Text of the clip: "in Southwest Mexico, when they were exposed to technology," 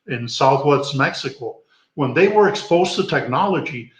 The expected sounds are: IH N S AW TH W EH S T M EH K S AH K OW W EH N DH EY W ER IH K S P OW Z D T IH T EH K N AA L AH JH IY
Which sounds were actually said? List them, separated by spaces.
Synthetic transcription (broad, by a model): IH N S AW TH W EH S T M EH K S AH K OW W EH N DH EY W ER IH K S P OW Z T IH T EH K N AA L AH JH IY